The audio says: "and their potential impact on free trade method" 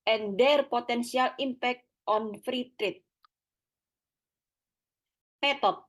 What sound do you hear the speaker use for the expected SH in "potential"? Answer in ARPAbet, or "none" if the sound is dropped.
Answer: S